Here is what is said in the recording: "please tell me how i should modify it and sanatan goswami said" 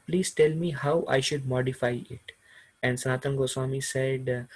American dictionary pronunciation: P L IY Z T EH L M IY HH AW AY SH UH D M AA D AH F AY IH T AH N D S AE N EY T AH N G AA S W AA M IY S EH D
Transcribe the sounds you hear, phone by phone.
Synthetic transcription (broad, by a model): P L IY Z T EH L M IY HH AW AY SH UH D M AA D AH F AY IH T AH N D S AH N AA T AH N G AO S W AA M IY S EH D